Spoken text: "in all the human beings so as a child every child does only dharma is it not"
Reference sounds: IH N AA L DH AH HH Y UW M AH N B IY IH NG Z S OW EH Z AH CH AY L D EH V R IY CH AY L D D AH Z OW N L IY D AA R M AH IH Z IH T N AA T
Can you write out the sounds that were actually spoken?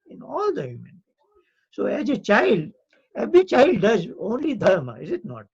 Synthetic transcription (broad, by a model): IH N AA L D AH HH Y UW M AH N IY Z S OW EH Z AH CH AY L D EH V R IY CH AY L D D AH Z OW N L IY D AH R M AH IH Z IH T N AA T